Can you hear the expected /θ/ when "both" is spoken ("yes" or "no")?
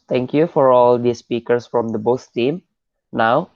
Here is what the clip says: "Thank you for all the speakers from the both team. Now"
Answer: no